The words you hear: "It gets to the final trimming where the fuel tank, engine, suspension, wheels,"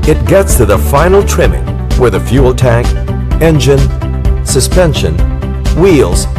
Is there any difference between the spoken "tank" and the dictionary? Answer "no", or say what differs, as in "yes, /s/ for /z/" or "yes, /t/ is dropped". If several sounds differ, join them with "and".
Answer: no